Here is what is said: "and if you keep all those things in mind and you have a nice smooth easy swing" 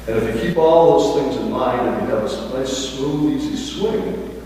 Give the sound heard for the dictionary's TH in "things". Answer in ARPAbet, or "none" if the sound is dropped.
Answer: TH